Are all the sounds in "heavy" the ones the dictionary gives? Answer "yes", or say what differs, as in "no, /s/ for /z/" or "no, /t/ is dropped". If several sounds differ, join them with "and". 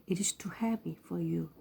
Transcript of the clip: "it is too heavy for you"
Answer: no, /p/ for /v/